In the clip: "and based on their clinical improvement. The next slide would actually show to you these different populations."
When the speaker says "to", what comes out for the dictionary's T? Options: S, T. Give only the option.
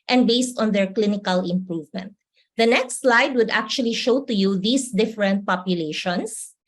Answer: T